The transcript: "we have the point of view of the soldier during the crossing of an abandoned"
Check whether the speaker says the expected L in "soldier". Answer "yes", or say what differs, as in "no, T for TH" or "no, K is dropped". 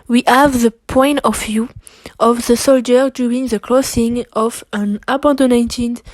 yes